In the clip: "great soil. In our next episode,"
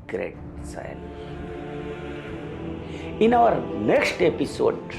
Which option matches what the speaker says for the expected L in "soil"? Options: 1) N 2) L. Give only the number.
1